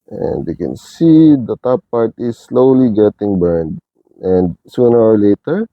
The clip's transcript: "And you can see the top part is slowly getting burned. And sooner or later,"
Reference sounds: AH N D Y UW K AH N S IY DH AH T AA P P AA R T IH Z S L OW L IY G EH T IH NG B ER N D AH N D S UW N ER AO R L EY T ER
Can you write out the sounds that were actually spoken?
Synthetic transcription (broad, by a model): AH N D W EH K AH N S IY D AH T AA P P AA R T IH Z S L OW L IY G EH T IH NG B ER N D AH N D S UW N ER AO R L EY T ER